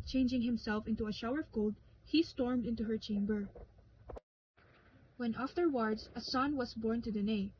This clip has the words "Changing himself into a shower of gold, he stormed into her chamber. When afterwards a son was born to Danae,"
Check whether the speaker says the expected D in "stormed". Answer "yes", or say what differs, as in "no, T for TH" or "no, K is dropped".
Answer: yes